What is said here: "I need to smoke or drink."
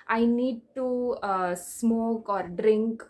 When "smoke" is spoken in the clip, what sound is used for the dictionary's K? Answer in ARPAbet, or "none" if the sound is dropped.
K